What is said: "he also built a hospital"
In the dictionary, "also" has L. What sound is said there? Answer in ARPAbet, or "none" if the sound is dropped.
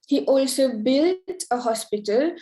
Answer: L